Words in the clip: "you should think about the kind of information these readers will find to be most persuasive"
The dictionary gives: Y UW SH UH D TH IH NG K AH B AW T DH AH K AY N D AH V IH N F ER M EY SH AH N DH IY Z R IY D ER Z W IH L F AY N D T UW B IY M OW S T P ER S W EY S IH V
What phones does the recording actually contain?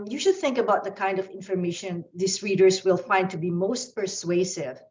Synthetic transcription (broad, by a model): Y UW SH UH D TH IH NG K AH B AW T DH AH K AY N D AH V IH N F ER M EY SH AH N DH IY S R IY D ER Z W IH L F AY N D T UW B IY M OW S T P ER S W EY S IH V